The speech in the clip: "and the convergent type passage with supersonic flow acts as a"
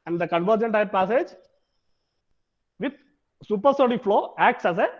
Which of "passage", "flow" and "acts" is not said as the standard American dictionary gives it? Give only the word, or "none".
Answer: none